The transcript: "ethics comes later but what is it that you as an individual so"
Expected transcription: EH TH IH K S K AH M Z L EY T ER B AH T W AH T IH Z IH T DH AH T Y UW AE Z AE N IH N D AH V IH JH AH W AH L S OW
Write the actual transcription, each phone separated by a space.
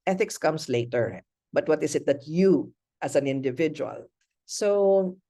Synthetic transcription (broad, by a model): EH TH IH K S K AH M S L EY T ER B AH T W AH T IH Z IH T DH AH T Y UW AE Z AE N IH N D AH V IH JH AH W AH L S OW